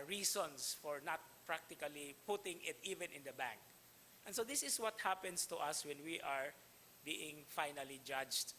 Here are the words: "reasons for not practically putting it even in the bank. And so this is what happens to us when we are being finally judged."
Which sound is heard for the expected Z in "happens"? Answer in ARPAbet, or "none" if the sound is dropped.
S